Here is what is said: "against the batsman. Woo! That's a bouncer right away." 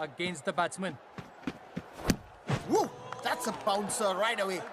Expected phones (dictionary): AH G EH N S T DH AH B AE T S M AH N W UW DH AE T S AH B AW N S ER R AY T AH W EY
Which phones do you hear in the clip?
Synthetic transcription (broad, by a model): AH G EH N S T DH AH B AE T M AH N W UW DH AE T S AH B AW N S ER R AY T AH W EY